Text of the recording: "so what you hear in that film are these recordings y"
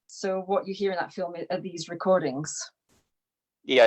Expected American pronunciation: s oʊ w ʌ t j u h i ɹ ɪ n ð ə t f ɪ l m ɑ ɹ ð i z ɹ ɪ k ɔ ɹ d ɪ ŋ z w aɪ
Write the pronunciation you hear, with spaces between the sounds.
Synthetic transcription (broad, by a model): s oʊ w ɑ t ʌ h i ɹ ɪ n ð ə t f ɪ l m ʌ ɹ ð i z ɹ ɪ k ɔ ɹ d ɪ ŋ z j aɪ